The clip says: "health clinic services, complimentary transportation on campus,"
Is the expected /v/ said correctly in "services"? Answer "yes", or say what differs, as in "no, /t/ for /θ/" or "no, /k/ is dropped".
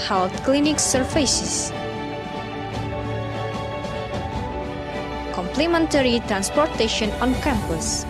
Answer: no, /f/ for /v/